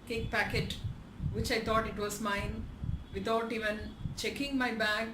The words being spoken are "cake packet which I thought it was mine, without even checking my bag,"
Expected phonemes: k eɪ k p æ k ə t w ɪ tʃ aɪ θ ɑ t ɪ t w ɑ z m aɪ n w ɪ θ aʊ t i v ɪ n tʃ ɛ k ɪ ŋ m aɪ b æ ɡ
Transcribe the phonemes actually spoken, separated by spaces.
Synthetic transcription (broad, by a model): k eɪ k p æ k ə t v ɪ tʃ aɪ t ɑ t ɪ t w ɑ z m aɪ n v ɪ t aʊ t i v ɪ n tʃ ɛ k ɪ ŋ m aɪ b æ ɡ